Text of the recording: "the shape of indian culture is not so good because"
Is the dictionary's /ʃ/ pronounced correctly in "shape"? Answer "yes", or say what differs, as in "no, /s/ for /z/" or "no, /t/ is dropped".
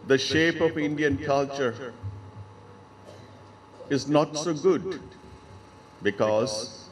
yes